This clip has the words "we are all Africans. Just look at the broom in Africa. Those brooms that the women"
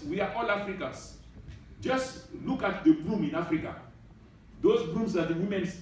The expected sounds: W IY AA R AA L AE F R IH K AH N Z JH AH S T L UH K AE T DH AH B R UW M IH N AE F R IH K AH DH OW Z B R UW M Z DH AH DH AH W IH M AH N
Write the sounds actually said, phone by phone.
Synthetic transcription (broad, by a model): W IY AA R AA L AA F R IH K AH N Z JH AH S T L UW K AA T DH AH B L UW M IH N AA F R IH K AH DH OW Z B L UW M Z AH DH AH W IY M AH N